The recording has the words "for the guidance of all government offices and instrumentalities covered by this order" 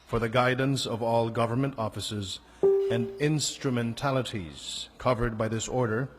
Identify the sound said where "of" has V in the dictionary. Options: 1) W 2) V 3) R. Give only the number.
2